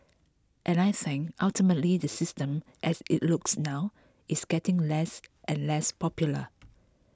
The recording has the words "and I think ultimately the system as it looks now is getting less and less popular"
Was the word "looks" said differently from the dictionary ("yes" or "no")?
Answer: no